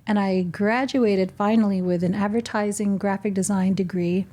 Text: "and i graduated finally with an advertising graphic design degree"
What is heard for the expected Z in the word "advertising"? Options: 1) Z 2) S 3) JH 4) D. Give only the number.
1